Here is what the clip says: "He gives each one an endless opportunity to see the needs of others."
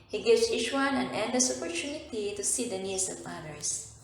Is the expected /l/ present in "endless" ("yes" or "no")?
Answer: no